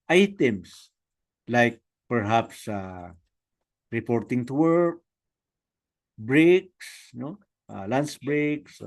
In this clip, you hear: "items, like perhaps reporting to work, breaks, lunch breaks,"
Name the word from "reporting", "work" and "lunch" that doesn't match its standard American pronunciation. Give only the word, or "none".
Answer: lunch